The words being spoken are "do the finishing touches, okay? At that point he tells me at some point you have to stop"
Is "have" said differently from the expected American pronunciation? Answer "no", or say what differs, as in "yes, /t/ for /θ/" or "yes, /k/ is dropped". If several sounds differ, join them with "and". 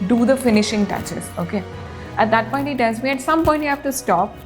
yes, /f/ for /v/